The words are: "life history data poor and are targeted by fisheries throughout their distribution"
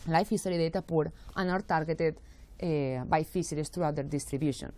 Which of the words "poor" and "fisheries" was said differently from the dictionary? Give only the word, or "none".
fisheries